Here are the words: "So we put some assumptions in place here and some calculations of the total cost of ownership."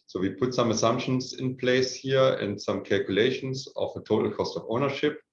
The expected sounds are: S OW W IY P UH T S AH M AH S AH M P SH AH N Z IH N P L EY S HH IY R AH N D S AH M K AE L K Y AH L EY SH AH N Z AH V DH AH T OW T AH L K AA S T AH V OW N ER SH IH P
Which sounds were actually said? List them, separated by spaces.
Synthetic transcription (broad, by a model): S OW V IY P UH T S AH M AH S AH M P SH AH N S IH N P L EY S HH IY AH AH N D S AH M K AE L K Y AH L EY SH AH N S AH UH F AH T OW T L K AA S T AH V OW N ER SH IH P